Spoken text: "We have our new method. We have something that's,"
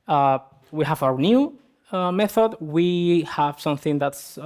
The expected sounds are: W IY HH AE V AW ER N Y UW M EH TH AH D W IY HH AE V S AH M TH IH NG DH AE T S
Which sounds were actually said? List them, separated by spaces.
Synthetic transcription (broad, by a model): W IY HH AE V AW ER N Y UW M EH TH AH D W IY HH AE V S AH M TH IH NG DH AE T S